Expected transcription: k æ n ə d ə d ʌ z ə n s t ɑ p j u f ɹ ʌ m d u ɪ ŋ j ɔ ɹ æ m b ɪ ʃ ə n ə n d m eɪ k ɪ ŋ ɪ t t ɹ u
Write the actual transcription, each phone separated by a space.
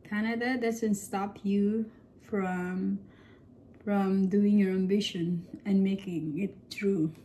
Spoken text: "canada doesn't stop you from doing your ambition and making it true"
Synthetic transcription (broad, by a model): k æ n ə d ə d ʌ s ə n s t ɑ p j u f ɹ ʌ m d u ɪ ŋ j ɔ ɹ æ m b ɪ ʃ ə n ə n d m eɪ k ɪ ŋ ɪ t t ɹ u